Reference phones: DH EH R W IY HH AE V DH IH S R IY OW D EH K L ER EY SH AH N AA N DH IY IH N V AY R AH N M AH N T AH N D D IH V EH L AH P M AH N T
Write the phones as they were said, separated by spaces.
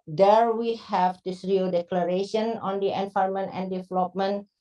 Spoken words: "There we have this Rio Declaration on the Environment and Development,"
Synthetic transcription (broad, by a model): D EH R W IY HH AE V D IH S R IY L D EH K L ER EY SH AH N AA N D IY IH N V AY AH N M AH N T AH N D D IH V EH L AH P M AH N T